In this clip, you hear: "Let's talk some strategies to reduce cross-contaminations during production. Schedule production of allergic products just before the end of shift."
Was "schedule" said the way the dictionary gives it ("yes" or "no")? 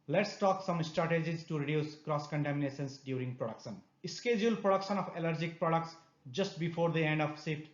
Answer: yes